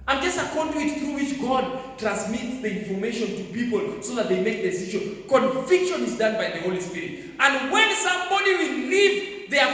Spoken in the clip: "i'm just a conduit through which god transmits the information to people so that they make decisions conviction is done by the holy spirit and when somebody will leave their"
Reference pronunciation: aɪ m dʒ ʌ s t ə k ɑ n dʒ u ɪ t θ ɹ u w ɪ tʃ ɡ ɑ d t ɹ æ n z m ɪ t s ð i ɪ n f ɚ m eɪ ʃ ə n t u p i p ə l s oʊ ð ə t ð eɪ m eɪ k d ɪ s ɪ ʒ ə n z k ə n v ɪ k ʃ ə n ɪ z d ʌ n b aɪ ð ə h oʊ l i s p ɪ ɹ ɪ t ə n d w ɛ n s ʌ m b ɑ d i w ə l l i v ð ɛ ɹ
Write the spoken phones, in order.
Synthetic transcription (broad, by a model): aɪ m dʒ ʌ s t ə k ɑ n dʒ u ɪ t θ ɹ u w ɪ tʃ ɡ ɑ d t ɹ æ n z m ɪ t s ð i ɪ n f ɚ m eɪ ʃ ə n t u p i p ə l s oʊ ð ə t ð eɪ m eɪ k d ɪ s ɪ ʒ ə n k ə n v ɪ k ʃ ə n ɪ z d ʌ n b aɪ ð ə h oʊ l i s p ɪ ɹ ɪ t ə n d w ɛ n s ʌ m b ɑ d i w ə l l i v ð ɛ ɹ